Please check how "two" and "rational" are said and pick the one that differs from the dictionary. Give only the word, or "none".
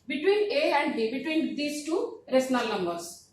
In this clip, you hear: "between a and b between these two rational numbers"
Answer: rational